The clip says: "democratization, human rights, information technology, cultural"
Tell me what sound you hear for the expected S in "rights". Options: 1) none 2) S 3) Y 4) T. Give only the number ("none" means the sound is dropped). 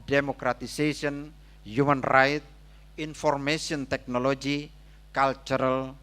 1